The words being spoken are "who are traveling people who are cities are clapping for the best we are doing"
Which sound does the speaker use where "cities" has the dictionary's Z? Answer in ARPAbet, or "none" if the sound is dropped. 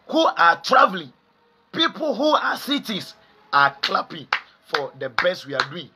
S